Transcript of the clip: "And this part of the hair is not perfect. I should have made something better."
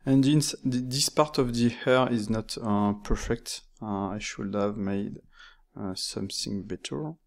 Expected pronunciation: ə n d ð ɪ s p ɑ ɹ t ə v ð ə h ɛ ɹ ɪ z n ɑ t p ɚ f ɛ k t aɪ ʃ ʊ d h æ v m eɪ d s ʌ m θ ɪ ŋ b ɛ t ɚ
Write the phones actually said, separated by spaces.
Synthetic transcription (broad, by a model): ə n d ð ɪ s p ɑ ɹ t ə v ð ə h ɛ ɹ ɪ z n ɑ t p ɚ f ɛ k t aɪ ʃ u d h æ v m eɪ d s ʌ m θ ɪ ŋ b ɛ t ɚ